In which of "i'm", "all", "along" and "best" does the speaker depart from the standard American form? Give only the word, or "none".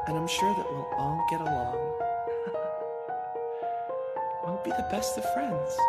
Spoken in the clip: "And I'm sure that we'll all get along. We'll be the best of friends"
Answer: all